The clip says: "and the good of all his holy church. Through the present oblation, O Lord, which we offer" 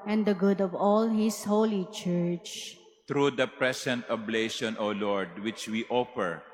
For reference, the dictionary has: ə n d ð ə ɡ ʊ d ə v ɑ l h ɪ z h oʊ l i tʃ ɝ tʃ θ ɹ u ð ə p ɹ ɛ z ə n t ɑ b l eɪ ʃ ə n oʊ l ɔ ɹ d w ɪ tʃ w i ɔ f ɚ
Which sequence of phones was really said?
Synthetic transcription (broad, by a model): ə n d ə ɡ ʊ d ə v ɑ l h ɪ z h oʊ l i tʃ ɝ tʃ t ɹ u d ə p ɹ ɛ s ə n t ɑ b l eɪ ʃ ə n oʊ l ɔ ɹ d w ɪ tʃ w i ɔ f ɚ